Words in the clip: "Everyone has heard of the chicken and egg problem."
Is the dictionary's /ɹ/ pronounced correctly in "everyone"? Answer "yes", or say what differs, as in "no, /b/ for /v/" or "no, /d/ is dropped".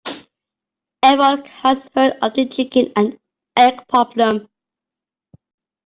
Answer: no, /ɹ/ is dropped